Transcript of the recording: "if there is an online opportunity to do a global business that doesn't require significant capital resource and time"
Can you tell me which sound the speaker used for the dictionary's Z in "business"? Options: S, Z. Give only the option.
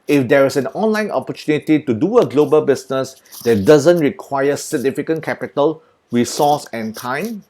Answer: S